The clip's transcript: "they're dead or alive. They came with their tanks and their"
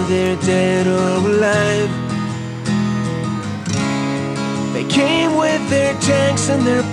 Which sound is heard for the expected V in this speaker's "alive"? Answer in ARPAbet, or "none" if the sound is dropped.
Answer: F